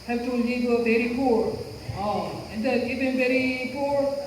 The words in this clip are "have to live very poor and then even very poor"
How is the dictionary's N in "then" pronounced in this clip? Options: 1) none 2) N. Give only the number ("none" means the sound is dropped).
1